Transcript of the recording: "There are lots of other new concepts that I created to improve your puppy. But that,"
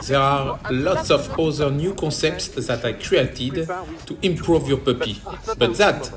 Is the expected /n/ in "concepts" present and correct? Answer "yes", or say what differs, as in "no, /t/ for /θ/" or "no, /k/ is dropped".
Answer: no, /n/ is dropped